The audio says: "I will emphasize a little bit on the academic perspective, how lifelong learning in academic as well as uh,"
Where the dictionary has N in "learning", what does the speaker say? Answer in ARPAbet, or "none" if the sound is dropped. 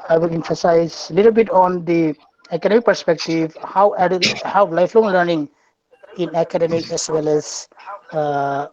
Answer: N